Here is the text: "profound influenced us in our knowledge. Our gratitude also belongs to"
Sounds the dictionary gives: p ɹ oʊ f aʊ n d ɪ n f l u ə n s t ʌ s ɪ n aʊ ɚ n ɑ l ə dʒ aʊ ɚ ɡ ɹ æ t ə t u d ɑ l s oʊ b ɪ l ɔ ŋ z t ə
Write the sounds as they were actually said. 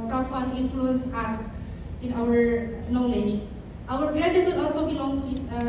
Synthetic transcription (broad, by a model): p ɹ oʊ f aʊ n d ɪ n f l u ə n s ʌ s ɪ n aʊ ɚ n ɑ l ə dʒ aʊ ɚ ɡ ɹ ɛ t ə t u ɑ l s oʊ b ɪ l ɔ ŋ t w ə